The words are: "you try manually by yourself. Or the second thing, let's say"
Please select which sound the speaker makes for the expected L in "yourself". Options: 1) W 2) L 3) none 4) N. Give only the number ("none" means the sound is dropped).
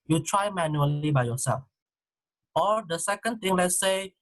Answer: 3